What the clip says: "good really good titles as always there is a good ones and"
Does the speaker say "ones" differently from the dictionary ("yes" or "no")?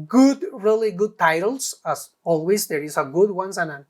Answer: yes